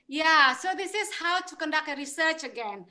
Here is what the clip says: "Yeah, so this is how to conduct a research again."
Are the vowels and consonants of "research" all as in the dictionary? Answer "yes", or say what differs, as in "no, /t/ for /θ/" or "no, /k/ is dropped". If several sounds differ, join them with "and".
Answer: yes